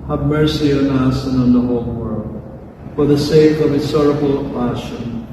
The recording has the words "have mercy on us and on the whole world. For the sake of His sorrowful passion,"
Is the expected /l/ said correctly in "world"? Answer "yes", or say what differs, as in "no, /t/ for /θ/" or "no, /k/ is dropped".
yes